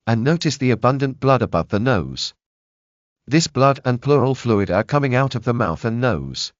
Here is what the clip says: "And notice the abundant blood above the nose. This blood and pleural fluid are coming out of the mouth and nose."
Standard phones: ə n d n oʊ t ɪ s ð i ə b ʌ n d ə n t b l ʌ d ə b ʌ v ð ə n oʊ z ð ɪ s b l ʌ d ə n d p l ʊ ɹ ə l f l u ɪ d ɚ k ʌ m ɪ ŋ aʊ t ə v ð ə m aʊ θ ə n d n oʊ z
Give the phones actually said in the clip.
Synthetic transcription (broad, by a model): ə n n oʊ t ɪ s ð i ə b ʌ n d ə n b l ʌ d ə b ʌ v ð ə n oʊ z ð ɪ s b l ʌ d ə n p l ʊ ɹ ə l f l u ɪ d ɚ k ʌ m ɪ ŋ aʊ t ə v ð ə m aʊ θ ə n n oʊ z